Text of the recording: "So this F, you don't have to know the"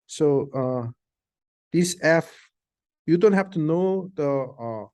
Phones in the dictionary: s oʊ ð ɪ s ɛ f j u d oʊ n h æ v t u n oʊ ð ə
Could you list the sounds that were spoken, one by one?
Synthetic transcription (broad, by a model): s oʊ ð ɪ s ɛ f j u d oʊ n h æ f t u n oʊ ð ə